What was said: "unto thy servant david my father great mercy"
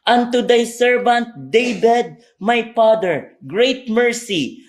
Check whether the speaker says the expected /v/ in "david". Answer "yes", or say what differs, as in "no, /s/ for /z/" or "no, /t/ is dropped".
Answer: no, /b/ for /v/